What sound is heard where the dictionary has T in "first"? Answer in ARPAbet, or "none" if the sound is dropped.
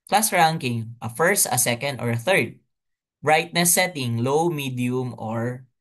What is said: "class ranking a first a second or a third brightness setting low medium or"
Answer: T